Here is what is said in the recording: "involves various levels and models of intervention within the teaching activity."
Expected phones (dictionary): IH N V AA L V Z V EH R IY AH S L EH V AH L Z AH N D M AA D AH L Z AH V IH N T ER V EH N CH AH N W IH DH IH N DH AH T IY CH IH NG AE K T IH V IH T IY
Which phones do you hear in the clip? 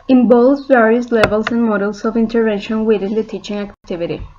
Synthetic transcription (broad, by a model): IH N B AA L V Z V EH R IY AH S L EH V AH L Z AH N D M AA D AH L S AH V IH N T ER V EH N SH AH N W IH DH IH N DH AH T IY CH IH NG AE K T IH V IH T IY